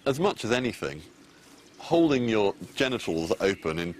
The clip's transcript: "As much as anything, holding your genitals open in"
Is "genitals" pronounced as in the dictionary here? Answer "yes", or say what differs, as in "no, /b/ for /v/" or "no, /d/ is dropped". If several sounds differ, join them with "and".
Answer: yes